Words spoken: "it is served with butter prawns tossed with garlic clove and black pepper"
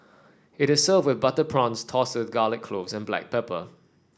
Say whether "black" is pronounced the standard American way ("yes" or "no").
yes